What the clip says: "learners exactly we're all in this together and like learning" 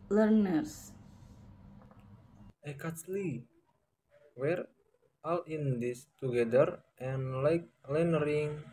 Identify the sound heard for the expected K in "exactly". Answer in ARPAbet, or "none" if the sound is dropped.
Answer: none